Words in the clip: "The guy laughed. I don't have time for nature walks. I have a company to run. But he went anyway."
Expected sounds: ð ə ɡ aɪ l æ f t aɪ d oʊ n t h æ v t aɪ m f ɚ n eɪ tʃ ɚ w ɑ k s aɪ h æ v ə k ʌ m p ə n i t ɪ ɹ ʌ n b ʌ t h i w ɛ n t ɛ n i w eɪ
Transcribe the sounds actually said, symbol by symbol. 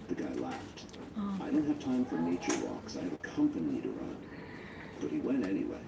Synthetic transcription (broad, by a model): ð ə ɡ aɪ l æ f t aɪ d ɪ n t h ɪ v t aɪ m f ɚ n eɪ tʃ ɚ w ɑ k s aɪ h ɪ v ə k ʌ m p ə n i t ɪ ɹ ʌ n b ʌ t h i w ɛ n t ɛ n i w eɪ